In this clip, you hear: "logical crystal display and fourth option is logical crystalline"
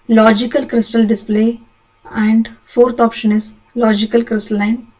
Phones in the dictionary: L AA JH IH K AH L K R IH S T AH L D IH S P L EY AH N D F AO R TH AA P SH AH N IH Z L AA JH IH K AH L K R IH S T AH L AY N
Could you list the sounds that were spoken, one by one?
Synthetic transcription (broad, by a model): L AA JH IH K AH L K R IH S T AH L D IH S P L EY AH N D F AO R T AA P SH AH N IH Z L AA JH IH K AH L K R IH S T AH L AY N